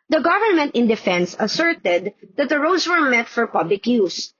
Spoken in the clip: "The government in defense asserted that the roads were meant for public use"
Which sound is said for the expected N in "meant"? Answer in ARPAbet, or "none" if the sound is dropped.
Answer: none